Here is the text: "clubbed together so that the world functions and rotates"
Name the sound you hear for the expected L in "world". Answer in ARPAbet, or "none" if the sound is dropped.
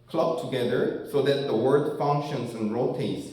none